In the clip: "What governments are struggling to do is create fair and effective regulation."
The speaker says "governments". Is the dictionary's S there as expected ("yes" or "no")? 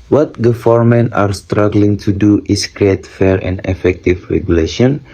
no